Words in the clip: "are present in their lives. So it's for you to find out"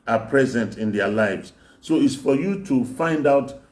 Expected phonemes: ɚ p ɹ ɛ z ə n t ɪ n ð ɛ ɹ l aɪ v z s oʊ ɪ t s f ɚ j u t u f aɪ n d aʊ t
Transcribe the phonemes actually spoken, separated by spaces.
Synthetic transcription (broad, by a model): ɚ p ɹ ɛ z ə n t ɪ n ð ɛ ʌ l aɪ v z s oʊ ɪ t s f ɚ j u t u f aɪ n d aʊ t